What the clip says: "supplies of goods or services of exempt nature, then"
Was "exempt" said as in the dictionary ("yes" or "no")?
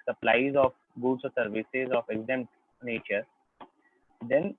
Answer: no